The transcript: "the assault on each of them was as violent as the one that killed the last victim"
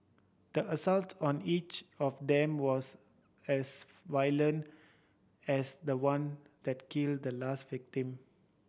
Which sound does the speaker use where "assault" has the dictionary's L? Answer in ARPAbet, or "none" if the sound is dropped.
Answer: L